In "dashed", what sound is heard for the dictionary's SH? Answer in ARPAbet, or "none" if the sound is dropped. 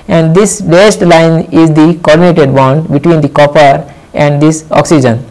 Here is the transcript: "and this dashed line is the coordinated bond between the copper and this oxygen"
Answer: S